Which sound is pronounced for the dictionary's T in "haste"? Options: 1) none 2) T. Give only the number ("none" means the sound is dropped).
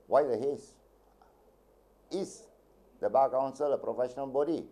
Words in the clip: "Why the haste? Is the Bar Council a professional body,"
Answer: 1